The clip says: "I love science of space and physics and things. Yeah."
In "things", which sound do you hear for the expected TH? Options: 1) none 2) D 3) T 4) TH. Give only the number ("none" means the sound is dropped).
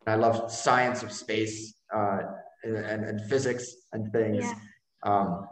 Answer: 4